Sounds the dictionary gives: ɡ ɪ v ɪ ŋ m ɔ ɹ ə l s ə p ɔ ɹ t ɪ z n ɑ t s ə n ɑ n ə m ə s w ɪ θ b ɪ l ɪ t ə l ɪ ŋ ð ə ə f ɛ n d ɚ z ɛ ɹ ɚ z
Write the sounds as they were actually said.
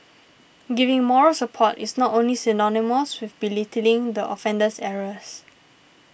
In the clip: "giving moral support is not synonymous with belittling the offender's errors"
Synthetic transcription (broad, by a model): ɡ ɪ v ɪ ŋ m ɔ ɹ ə l s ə p ɔ t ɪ s n ɑ t s ə n ɑ n ə m ə s w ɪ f b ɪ l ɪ t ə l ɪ ŋ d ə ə f ɛ n d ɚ s ɛ ɹ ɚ s